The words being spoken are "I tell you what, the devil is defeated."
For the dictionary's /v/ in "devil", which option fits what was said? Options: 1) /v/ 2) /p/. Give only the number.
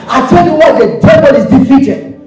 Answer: 2